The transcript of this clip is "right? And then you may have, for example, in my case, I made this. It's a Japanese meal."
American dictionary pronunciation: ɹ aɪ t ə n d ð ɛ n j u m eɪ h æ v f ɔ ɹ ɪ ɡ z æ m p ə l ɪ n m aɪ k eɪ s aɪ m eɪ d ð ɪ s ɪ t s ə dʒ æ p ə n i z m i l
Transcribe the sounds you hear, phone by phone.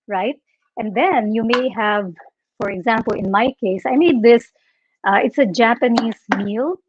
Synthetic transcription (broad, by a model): ɹ aɪ t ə n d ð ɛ n j u m eɪ h æ v f ɔ ɹ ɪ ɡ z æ m p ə l ɪ n m aɪ k eɪ s aɪ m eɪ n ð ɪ s ɪ t s ə dʒ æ p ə n i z m i l